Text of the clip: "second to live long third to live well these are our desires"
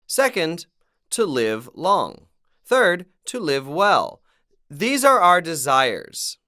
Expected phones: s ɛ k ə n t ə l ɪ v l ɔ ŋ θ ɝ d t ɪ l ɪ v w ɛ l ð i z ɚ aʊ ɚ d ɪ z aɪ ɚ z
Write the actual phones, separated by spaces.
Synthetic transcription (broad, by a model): s ɛ k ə n t ə l ɪ v l ɔ ŋ θ ɝ d t ɪ l ɪ v w ɛ l ð i z ɚ aʊ ɚ d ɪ z aɪ ɚ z